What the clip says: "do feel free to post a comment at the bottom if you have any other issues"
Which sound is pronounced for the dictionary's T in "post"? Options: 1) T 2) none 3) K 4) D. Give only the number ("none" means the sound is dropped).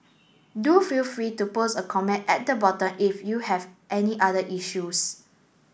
2